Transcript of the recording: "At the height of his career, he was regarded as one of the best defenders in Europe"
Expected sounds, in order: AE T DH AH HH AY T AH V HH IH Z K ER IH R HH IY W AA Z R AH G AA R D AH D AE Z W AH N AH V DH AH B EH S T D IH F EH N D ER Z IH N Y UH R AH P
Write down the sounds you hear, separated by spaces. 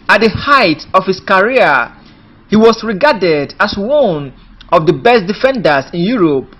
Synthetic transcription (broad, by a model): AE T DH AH HH AY T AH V HH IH S K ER R HH IY W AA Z R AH G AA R D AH D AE S W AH N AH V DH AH B EH S T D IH F EH N D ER S IH N Y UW R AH P